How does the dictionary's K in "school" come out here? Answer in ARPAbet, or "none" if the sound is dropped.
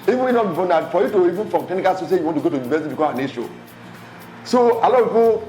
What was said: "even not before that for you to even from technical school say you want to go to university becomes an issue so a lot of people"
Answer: none